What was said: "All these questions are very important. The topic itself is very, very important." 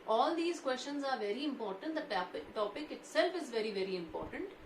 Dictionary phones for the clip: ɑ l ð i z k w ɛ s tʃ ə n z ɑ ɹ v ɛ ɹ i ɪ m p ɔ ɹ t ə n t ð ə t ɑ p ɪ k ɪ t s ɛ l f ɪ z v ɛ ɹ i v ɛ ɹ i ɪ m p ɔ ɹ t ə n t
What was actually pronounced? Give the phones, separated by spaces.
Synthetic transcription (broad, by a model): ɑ l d i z k w ɛ s tʃ ə n z ɑ ɹ v ɛ ɹ i ɪ m p ɔ ɹ t ə n t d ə t ɑ p ɪ k ɪ t s ɛ l f ɪ z v ɛ ɹ i v ɛ ɹ i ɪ m p ɔ ɹ t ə n t